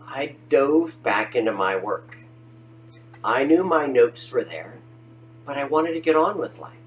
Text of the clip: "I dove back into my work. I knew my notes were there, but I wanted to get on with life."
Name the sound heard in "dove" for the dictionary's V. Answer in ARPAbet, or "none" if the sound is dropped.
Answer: V